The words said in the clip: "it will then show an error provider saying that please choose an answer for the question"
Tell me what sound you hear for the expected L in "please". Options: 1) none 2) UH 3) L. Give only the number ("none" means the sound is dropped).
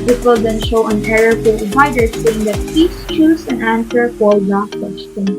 1